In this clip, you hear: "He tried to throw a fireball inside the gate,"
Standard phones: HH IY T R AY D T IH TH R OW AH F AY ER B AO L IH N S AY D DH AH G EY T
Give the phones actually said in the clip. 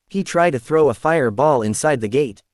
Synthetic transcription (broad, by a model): HH IY T R AY D T IH TH R OW AH F AY ER B AO L IH N S AY D DH AH G EY T